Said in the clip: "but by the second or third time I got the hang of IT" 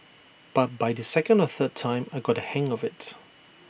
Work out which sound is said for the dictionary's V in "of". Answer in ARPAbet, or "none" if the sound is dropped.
V